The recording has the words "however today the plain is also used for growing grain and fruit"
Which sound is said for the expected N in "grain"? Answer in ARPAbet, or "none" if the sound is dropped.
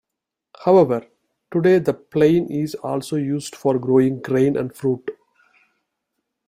N